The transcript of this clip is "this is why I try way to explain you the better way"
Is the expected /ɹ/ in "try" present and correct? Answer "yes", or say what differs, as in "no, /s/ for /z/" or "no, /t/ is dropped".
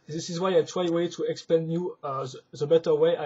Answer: no, /w/ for /ɹ/